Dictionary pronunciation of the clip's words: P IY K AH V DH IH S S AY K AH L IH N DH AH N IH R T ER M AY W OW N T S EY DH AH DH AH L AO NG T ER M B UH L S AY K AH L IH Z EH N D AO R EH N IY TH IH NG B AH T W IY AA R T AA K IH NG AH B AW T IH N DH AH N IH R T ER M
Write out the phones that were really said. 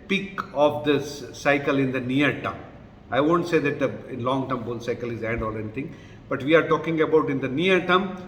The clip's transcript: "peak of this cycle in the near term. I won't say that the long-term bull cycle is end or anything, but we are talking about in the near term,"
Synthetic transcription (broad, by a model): P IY K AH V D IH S S AY K AH L IH N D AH N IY R T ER M AY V OW N T S EY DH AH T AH L AO NG T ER M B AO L S AY K AH L IH Z EH N D AO L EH N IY T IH NG B AH T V IY AA R T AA K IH NG AH B AW T IH N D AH N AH R T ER M